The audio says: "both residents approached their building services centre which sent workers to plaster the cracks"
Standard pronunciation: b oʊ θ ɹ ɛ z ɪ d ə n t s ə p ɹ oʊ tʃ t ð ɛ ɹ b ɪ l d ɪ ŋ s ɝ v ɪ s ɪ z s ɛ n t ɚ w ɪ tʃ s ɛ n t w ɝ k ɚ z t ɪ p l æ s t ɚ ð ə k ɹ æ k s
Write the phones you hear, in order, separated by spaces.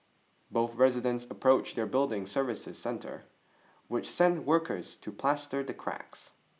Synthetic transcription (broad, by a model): b oʊ θ ɹ ɛ z ɪ d ə n t s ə p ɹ oʊ tʃ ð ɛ ɹ b ɪ l d ɪ ŋ s ɝ v ɪ s ɪ z s ɛ n t ɚ w ɪ tʃ s ɛ n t w ɝ k ɚ z t ɪ p l æ s t ɚ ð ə k ɹ æ k s